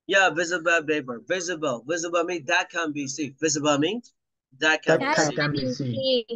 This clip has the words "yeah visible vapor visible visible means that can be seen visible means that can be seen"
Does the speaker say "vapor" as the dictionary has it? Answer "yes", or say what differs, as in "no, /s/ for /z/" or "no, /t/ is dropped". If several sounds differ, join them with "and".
no, /b/ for /v/